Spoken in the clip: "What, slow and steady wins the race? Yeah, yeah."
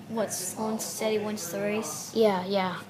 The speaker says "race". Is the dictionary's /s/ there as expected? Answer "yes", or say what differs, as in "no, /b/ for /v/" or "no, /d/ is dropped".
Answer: yes